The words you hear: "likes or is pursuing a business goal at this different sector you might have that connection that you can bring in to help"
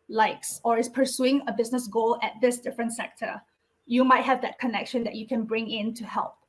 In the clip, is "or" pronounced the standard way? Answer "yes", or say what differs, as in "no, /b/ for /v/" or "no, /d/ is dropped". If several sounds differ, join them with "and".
yes